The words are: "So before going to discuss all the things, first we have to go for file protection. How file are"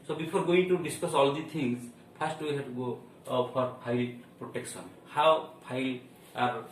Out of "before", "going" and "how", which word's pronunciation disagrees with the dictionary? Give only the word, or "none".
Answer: before